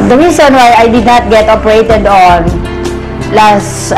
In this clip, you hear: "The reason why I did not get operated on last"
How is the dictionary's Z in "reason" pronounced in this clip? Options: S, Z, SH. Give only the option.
S